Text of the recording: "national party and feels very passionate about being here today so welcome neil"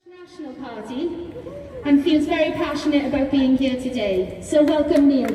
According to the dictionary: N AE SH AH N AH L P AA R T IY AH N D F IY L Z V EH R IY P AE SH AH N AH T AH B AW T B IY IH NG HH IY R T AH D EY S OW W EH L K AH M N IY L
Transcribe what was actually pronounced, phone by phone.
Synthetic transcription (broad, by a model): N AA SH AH N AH L P AA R T IY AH N F IY L Z V EH R IY P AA SH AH N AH T AH B AW T B IY IH NG HH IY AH T AH D EY S OW W EH L K AH M IY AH